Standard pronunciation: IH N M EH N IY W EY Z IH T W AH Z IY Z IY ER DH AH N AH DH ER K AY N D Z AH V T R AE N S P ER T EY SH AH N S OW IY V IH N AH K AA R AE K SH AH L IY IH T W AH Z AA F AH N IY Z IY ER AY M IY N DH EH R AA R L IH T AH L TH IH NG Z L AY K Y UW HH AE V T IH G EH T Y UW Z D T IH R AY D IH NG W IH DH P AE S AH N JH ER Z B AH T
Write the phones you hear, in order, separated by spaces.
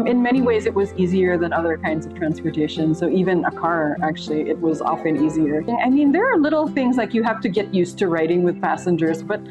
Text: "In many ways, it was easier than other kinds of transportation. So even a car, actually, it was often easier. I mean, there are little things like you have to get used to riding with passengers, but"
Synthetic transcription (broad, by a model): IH N M EH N IY W EY Z IH T W AH Z IY Z IY ER DH AH N AH DH ER K AY N D Z AH V T R AE N S P ER T EY SH AH N S OW IY V IH N AH K AA R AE K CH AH L IY IH T W AH Z AA F AH N IY Z IY ER AY M IY N DH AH R R L IH T L TH IH NG Z L AY K Y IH HH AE F T IH G EH T Y UW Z T IH R AY D IH NG W IH DH P AE S AH N JH ER Z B AH T